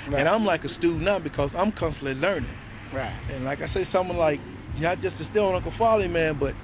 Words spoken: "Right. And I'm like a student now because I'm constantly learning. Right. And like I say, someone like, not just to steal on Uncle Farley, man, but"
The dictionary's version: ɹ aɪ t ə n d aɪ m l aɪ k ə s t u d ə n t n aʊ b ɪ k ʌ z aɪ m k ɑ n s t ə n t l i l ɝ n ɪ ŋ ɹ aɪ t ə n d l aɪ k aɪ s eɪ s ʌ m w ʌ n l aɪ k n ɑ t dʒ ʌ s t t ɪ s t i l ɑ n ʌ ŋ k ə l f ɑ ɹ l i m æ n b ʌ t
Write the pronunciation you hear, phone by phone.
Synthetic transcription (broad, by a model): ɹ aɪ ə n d aɪ m l aɪ k ə s t u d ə t b ɪ k ʌ z aɪ m k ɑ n s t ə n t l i l ɝ n ɪ ŋ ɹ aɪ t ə n l aɪ k aɪ s eɪ s ʌ m w ʌ n l aɪ k n ɑ t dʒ ʌ s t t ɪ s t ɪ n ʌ k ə f ɑ l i m æ n b ʌ t